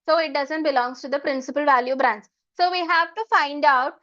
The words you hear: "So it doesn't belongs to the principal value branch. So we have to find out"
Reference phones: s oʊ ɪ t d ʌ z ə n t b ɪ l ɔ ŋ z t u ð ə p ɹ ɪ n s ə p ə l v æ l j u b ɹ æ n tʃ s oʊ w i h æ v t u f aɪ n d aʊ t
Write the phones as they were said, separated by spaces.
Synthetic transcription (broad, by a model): s oʊ ɪ t d ʌ z ə n t b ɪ l ɔ ŋ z t u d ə p ɹ ɪ n s ə p ə l v æ l j u b ɹ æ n s s oʊ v i h æ v t u f aɪ n d aʊ t